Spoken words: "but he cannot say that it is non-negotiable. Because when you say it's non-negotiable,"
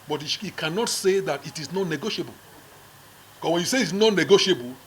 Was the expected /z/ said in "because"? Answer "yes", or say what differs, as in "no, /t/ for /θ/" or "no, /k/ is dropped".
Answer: no, /s/ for /z/